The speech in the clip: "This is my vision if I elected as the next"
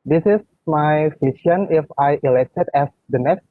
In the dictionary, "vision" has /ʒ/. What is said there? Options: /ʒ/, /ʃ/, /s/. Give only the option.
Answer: /s/